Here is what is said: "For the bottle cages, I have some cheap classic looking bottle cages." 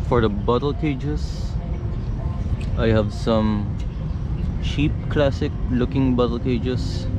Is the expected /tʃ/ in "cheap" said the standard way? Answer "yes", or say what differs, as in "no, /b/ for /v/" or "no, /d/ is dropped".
no, /ʃ/ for /tʃ/